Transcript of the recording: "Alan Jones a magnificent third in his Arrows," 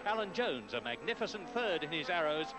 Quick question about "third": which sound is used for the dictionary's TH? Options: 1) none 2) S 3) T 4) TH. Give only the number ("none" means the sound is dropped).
4